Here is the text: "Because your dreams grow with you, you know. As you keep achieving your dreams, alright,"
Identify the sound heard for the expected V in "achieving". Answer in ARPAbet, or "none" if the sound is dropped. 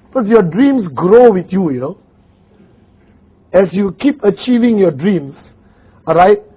V